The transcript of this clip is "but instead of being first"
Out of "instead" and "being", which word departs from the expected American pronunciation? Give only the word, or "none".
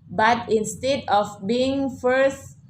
none